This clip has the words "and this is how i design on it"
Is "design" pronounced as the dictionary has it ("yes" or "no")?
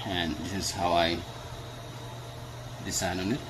no